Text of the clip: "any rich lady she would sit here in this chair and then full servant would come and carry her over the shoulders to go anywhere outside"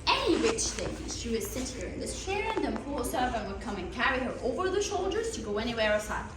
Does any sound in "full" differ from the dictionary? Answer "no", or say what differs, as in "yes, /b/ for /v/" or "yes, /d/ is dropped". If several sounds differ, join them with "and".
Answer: yes, /p/ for /f/